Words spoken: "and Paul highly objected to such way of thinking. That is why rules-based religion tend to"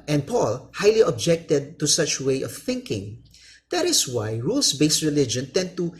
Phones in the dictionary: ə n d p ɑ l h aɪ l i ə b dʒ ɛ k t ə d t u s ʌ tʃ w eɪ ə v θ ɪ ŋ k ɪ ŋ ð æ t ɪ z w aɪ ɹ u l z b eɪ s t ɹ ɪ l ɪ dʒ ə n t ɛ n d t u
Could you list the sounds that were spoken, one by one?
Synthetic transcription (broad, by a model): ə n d p ɑ l h aɪ l i ə b dʒ ɛ k t ə d t u s ʌ tʃ w eɪ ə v θ ɪ ŋ k ɪ ŋ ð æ t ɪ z w aɪ ɹ u l s b eɪ s t ɹ ɪ l ɪ dʒ ə n t ɛ n d t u